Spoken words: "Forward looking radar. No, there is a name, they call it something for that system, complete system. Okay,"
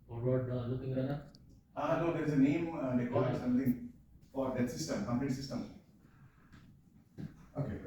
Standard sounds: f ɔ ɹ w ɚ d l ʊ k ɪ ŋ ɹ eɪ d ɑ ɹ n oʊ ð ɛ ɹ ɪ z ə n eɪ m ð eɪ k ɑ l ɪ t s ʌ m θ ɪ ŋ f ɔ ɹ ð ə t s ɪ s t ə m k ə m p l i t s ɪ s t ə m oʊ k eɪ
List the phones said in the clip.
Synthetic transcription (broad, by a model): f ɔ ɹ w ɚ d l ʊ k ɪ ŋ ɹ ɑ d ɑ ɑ n oʊ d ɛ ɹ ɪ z ə n eɪ m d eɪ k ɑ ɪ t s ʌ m t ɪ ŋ f ɔ ɹ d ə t s ɪ s t ə m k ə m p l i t s ɪ s t ə m oʊ k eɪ